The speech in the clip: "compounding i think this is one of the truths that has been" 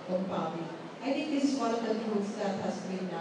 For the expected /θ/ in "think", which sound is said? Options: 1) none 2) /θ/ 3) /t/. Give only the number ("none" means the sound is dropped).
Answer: 3